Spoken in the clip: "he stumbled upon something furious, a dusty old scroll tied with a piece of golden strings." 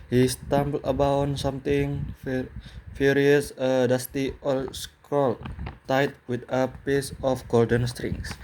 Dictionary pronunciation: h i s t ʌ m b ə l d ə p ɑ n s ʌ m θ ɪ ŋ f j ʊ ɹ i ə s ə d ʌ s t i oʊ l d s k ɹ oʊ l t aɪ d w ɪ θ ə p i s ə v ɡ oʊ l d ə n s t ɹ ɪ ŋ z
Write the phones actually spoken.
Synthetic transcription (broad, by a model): h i s t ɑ m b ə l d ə b ɑ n s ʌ m t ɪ ŋ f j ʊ ɹ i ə s ə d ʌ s t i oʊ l s k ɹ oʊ l t aɪ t w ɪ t ə p i s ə f ɡ oʊ l d ə n s t ɹ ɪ ŋ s